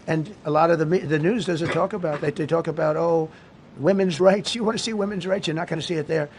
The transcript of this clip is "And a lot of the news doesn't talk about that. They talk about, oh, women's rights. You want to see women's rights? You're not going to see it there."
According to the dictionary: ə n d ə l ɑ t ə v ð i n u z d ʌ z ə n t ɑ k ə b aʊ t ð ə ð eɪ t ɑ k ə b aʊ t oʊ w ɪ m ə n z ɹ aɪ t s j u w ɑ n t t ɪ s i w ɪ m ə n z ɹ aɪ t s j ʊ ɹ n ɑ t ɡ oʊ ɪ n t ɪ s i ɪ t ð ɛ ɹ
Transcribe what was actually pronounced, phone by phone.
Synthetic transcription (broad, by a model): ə n ə l ɑ t ə v ð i n u z d ʌ z ə n t ɑ k ə b aʊ t ð ə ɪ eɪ t ɑ k ə b aʊ t oʊ w ɪ m ə n z ɹ aɪ t s j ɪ w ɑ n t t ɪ s i w ɪ m ə n z ɹ aɪ t s j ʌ ɹ n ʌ t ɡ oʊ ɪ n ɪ s i ɪ t ð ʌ ɹ